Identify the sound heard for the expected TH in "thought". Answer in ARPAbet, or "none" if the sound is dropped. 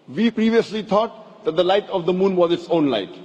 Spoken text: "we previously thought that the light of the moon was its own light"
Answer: T